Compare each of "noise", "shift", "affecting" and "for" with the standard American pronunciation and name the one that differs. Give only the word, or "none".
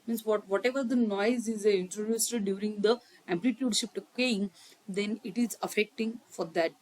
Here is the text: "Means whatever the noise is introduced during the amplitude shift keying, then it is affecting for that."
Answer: shift